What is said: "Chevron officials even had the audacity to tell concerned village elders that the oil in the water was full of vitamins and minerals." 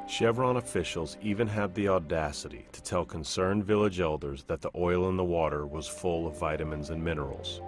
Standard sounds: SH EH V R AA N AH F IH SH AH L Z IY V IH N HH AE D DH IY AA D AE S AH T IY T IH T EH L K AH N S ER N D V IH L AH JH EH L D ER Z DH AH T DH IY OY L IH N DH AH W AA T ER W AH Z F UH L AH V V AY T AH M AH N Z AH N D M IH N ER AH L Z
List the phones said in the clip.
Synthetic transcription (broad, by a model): SH EH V R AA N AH F IH SH L Z IY V IH N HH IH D DH IY AA D AE S AH T IY T IH T EH L K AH N S ER N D V IH L AH JH EH L D ER Z DH AH T DH IY OY L IH N DH AH W AA T ER W AH Z F UH L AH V V AY T AH M AH N Z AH N M IH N ER L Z